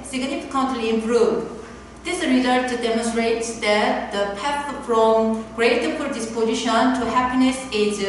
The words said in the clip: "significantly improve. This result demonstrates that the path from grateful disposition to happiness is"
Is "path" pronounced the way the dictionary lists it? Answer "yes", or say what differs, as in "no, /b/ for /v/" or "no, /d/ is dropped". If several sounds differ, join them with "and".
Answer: no, /f/ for /θ/